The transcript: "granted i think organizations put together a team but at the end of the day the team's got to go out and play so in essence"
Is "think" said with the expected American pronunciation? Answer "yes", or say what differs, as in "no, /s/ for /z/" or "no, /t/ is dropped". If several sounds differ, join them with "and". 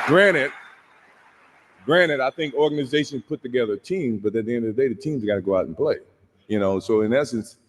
yes